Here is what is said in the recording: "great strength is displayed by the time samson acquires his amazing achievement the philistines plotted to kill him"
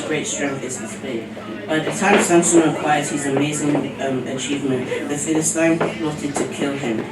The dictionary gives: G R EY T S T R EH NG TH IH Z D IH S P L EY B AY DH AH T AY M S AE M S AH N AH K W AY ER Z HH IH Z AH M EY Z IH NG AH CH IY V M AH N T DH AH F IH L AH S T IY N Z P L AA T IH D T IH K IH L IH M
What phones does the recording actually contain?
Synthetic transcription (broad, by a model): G R EY T S T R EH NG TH IH Z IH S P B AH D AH DH AH T AY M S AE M S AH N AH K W AY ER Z HH IH Z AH M EY Z IH NG AH CH IY V M AH N T DH AH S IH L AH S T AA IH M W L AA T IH D T IH K IH L IH M